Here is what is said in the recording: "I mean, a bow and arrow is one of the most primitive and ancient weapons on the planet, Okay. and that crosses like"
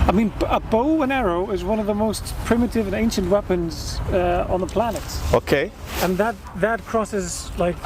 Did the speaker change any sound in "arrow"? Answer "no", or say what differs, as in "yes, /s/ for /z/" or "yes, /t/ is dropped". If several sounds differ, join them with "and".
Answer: no